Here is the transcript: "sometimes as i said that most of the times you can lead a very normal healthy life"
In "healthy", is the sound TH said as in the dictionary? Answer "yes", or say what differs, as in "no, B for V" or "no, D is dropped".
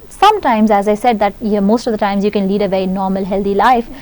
no, T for TH